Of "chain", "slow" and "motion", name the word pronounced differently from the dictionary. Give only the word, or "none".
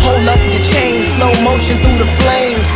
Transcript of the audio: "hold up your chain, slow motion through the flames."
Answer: slow